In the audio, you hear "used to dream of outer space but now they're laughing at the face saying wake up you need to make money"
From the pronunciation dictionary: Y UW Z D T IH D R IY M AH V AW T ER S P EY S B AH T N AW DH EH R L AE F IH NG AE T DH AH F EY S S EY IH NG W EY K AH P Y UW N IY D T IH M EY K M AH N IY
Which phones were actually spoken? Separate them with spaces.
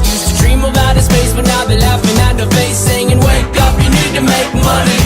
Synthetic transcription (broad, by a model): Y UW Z T IH D R IY M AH B AW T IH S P EY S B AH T N AW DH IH L AE F IH NG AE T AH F EY S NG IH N W EY K AH P Y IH N IY D T IH M EY K M AH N IY